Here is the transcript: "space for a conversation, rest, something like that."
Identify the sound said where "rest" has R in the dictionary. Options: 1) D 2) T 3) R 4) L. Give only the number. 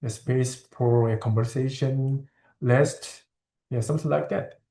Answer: 4